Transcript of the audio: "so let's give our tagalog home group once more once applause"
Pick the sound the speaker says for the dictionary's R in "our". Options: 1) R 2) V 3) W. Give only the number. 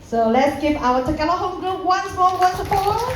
3